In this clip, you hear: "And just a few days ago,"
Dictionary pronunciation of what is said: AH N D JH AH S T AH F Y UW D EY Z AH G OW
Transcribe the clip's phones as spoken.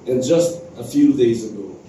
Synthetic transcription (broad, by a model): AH N JH AH S T AH F Y UW D EY Z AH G OW